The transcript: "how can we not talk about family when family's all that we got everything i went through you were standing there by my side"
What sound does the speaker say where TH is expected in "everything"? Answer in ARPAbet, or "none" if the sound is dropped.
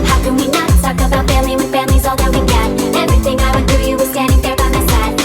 TH